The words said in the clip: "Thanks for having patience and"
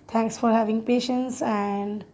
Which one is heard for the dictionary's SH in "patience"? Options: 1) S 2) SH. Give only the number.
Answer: 2